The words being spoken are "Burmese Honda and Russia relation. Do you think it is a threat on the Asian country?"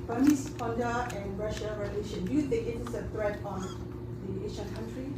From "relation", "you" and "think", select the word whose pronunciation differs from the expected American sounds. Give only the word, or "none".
think